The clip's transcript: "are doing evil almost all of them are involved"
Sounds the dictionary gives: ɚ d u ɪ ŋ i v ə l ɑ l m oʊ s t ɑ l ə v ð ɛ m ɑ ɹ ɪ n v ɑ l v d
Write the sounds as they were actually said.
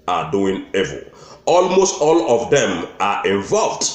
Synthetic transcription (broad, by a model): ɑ d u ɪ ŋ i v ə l ɑ l m oʊ s t ɑ l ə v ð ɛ m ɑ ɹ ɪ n v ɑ l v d